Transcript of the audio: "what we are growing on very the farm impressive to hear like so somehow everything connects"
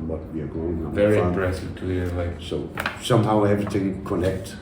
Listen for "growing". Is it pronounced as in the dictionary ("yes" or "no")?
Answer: no